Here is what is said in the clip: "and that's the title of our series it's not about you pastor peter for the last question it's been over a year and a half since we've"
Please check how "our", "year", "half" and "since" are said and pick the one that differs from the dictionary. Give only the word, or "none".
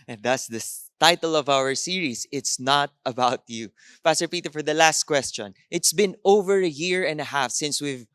none